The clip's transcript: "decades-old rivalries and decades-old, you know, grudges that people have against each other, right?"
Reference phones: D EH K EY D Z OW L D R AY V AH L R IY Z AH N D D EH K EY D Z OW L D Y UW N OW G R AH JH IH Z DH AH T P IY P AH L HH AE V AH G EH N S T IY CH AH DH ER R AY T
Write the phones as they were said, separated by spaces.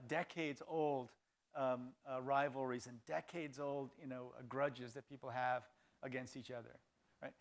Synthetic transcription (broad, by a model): D EH K EY D Z OW L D R AY V L R IY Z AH N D D EH K EY D Z OW L D Y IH N OW G R AH JH IH Z DH AH T P IY P L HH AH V AH G EH N S T IY CH AH DH ER R AY T